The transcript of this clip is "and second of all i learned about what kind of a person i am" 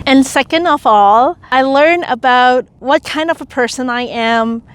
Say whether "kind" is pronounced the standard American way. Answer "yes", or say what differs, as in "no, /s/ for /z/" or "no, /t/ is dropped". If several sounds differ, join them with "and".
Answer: yes